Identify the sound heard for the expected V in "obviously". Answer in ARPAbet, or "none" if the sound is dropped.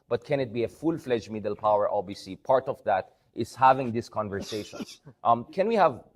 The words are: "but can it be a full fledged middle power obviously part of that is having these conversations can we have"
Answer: none